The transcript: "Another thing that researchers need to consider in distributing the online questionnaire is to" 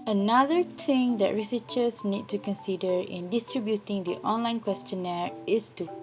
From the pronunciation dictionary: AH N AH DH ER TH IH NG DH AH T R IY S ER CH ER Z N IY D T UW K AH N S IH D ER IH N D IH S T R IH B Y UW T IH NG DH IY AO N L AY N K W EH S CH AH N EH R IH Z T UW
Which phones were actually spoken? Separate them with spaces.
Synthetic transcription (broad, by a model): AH N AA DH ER T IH NG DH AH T R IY S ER CH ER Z N IY D T UW K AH N S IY D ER IH N D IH S T R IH B Y UW T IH NG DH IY AO N L AY N K W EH S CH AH N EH R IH S T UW